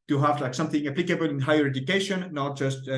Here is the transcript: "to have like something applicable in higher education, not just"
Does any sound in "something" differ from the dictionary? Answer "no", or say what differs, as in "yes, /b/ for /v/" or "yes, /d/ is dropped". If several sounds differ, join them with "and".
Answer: no